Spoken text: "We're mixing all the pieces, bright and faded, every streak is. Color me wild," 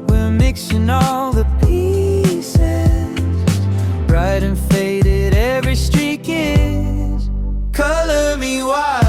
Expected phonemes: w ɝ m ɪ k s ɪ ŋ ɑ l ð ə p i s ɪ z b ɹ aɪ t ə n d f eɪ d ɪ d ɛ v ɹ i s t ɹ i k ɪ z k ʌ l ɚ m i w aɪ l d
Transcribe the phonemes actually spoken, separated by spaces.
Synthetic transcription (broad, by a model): w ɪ m ɪ k s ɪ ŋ ɑ l ð ə p i s ɪ z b ɹ aɪ t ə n f eɪ d ɪ d ɛ v ɹ i s t ɹ i k ɪ z k ʌ l ɚ m i w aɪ